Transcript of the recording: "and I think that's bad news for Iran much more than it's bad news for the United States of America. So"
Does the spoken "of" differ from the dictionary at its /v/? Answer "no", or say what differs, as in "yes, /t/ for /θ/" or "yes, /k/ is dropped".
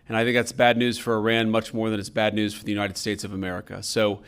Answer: no